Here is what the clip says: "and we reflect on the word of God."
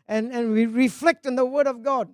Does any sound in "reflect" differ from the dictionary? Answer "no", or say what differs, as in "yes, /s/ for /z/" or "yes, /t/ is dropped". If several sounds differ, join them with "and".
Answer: no